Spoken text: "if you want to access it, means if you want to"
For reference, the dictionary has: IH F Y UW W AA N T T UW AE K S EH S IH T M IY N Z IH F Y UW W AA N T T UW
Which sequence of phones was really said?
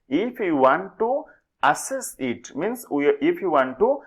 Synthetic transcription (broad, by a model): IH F Y UW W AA N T T UW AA S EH S IH T M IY N S IH F Y UW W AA N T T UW